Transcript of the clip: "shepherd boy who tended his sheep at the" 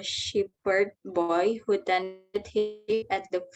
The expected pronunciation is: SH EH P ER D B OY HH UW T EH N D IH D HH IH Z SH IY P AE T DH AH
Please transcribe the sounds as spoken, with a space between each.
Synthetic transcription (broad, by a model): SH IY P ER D B OY HH UW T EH N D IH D HH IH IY AE T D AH